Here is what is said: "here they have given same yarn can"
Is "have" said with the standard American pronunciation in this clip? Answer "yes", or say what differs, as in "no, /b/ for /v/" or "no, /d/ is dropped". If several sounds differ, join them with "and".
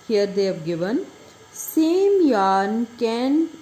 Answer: no, /p/ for /v/